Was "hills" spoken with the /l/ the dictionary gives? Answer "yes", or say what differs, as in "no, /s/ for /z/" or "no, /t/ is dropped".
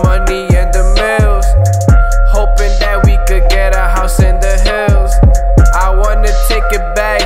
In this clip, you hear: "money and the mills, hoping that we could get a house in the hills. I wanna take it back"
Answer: yes